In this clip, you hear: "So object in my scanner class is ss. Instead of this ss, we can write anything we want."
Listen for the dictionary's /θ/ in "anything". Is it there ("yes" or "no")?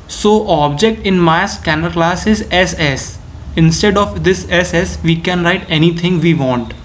no